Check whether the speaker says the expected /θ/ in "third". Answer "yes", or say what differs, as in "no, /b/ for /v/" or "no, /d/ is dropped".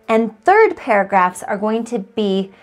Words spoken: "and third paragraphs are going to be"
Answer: yes